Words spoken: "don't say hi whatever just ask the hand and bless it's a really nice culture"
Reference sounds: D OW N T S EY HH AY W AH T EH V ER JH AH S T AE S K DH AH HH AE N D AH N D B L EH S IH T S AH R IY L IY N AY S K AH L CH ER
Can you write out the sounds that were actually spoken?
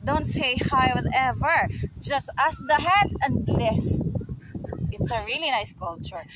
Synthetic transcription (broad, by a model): D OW N T S EY HH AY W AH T EH V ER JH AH S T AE S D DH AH HH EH D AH N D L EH S IH T S AH R IY L IY N AY S K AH L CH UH